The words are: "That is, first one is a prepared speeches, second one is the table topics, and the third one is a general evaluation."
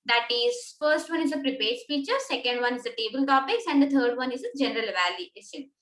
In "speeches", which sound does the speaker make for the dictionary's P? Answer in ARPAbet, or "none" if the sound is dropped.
F